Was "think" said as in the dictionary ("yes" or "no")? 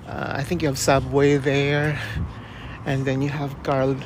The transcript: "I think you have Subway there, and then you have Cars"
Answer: yes